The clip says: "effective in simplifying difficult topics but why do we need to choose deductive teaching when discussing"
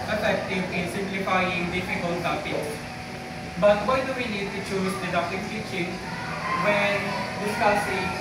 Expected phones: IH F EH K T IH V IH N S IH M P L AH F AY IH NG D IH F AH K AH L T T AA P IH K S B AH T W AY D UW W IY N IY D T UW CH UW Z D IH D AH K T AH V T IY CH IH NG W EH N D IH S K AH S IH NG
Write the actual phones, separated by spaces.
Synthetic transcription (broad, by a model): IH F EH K T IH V IH N S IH M P L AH F AY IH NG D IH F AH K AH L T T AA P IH S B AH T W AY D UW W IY N IY D T UW CH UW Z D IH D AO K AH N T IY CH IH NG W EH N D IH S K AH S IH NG